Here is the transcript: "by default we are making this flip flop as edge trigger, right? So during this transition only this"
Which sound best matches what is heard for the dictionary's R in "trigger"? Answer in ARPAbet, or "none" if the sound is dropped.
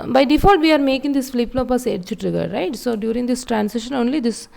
R